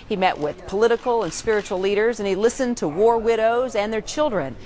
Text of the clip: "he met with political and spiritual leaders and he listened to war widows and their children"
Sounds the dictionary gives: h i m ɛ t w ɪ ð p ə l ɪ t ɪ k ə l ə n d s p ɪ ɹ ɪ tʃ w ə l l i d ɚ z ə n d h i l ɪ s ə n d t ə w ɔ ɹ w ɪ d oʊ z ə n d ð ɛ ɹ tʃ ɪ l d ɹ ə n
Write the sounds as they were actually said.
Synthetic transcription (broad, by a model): h i m ɛ t w ɪ ð p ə l ɪ t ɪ k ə l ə n s p ɪ ɹ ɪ tʃ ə l l i d ɚ z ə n i l ɪ s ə n t ə w ɔ ɹ w ɪ d oʊ z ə n ð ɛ ɹ tʃ ɪ l d ɹ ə n